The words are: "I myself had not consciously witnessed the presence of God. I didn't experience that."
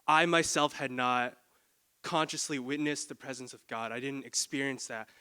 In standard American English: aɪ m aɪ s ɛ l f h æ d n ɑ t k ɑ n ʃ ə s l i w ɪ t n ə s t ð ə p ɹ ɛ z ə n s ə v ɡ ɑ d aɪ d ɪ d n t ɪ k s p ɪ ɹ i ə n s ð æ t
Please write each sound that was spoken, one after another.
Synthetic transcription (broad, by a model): aɪ m aɪ s ɛ l f h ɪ d n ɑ t k ɑ n ʃ ə s l i w ɪ t n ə s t ð ə p ɹ ɛ z ə n s ə v ɡ ɑ d aɪ d ɪ d n t ɪ k s p ɪ ɹ i ə n s ð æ t